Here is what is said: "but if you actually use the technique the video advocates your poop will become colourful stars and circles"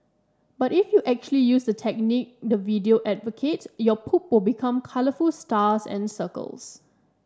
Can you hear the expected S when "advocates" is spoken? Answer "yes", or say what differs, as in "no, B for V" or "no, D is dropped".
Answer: no, S is dropped